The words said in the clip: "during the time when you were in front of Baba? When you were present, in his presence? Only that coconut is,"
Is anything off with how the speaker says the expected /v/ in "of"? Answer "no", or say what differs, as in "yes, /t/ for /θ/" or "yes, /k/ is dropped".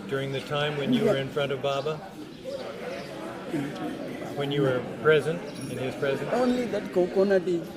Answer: no